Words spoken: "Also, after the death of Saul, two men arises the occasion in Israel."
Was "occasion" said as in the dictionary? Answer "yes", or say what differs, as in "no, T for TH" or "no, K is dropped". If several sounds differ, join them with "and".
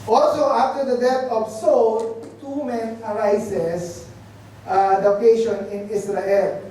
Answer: no, SH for ZH